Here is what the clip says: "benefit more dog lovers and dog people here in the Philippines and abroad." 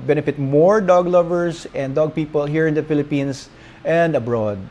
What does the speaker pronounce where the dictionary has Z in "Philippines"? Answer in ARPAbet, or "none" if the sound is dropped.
S